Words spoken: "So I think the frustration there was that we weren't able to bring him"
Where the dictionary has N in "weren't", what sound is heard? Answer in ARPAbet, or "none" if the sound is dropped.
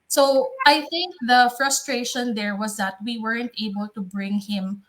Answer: N